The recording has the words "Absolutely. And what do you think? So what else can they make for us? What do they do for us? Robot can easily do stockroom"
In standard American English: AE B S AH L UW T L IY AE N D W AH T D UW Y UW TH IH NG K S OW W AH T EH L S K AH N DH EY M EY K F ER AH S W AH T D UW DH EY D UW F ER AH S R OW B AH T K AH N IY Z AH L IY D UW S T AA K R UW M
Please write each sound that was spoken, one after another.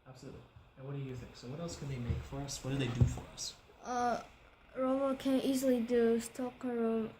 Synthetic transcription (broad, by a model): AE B S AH L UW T L IY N W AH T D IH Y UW TH IH NG K S OW W AH T EH L S K N DH EY M EY K F ER AH S W AH T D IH DH EY D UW F ER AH S R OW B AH K AH N IY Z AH L IY D UW S T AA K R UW